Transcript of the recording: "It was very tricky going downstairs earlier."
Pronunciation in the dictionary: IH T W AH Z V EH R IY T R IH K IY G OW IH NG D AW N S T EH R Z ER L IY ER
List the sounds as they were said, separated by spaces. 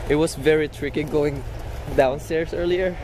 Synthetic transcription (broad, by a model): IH T W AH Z V EH R IY T R IH K IY G OW IH NG D AW N S T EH R S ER L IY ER